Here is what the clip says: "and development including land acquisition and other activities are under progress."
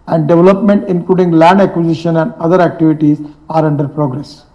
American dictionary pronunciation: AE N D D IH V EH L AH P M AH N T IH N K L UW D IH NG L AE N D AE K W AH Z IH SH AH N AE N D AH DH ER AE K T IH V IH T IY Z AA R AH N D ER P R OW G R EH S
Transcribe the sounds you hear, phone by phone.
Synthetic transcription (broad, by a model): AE N D D IH V EH L AH P M AH N T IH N K L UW D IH NG L AE N D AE K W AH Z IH SH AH N AE N D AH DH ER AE K T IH V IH T IY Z AA R AH N D ER P R OW G R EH S